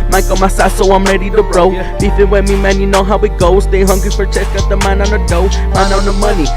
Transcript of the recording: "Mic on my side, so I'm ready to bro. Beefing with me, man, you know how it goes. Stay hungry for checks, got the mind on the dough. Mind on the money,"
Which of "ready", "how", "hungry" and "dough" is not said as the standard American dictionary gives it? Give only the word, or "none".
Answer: hungry